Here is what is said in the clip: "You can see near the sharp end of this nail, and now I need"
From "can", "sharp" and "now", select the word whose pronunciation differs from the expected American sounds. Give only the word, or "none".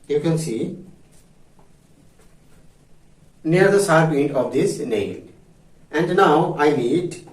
sharp